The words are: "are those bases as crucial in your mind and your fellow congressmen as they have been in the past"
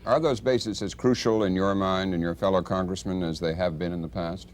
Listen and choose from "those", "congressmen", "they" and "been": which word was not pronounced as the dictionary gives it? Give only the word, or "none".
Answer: none